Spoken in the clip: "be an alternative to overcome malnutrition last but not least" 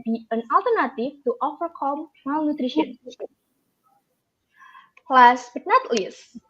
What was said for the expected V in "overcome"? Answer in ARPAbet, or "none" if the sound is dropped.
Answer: F